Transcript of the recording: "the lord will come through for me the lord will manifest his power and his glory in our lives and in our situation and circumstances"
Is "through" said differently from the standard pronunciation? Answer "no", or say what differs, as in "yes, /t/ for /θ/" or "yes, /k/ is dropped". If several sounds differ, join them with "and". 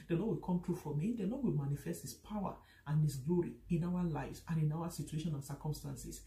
yes, /t/ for /θ/